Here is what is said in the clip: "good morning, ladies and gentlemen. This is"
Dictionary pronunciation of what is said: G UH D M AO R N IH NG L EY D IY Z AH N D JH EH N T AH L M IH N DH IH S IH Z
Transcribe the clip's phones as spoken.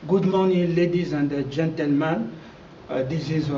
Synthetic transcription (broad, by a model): G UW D M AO N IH L EY D IY Z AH N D JH EH N T AH L M IH N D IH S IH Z